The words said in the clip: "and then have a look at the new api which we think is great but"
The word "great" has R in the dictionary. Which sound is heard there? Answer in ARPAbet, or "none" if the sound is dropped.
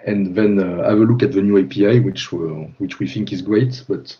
R